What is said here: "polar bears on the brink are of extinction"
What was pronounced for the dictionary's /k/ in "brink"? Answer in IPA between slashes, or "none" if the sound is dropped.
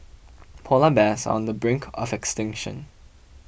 /k/